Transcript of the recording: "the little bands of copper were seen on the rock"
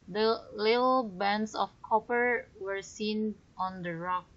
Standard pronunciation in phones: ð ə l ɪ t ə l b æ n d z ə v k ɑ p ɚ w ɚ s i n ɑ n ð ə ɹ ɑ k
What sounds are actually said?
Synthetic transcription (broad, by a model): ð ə l ɪ t ə l b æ n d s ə f k ɑ p ɚ w ɚ s i n ɑ n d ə ɹ ɑ k